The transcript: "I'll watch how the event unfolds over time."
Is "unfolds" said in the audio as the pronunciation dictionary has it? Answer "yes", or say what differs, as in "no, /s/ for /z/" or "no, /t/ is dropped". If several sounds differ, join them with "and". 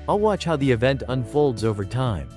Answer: yes